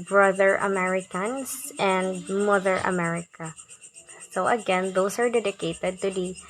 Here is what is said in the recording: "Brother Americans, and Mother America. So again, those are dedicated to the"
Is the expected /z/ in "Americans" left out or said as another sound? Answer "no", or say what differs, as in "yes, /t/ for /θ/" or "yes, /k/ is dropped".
yes, /s/ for /z/